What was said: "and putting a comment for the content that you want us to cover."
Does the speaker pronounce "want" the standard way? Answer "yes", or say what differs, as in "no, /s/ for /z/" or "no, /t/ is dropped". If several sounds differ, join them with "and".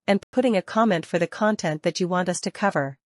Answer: yes